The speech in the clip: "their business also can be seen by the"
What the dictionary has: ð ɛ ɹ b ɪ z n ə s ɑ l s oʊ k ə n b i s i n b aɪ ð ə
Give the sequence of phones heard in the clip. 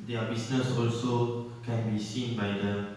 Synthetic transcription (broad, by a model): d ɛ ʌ b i s n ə s ɑ l s oʊ k ə n b i s i n b aɪ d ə